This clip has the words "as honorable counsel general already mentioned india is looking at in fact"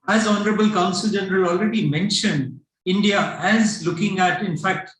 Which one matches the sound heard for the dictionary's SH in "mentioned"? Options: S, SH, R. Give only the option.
SH